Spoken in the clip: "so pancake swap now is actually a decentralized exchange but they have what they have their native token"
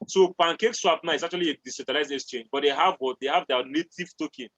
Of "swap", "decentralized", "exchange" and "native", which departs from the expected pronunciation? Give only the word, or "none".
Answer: decentralized